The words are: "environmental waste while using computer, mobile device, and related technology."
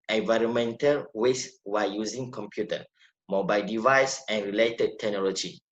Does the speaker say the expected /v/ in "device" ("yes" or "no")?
yes